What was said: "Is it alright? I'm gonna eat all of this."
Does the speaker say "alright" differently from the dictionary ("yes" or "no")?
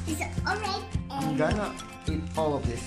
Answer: yes